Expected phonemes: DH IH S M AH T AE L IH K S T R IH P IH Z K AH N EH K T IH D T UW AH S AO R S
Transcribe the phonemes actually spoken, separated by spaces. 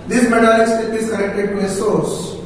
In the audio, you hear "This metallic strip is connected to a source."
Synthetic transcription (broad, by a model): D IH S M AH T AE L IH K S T IH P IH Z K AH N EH K T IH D T UW AH S AO R S